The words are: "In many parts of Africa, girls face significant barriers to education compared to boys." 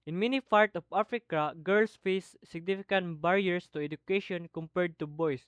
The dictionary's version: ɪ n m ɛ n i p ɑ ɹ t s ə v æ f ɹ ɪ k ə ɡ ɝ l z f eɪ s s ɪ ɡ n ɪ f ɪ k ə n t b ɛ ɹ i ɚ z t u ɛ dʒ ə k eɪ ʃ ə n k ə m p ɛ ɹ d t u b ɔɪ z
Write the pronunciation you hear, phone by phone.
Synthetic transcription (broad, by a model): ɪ n m ɛ n i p ɑ ɹ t ə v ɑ f ɹ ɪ k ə ɡ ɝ l s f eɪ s s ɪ ɡ n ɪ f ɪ k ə n t b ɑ ɹ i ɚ s t u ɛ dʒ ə k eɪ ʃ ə n k ə m p ɛ ɹ d t u b ɔɪ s